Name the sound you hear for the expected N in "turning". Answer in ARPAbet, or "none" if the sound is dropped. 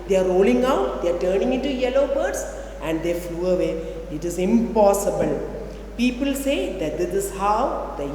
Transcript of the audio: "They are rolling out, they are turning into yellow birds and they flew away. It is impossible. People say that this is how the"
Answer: N